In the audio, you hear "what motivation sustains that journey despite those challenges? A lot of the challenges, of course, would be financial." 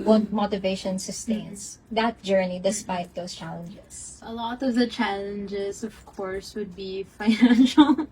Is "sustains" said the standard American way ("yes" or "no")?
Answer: no